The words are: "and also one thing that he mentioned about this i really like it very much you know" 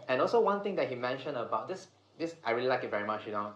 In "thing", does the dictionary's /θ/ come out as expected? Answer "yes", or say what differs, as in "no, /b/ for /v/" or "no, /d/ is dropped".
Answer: no, /t/ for /θ/